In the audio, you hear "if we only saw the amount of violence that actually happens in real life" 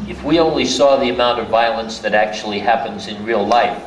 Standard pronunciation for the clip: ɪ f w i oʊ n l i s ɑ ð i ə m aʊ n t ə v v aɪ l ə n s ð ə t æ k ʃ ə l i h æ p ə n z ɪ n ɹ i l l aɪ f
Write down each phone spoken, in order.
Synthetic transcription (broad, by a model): ɪ f w i oʊ n l i s ɑ ð i ə m aʊ n t ə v v aɪ l ə n s ð ə t æ k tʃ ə l i h æ p ə n z ɪ n ɹ i l l aɪ f